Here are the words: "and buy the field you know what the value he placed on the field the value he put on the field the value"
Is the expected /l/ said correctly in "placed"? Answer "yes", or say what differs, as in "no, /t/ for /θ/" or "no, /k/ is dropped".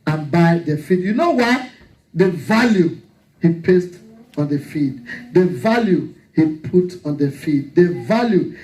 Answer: no, /l/ is dropped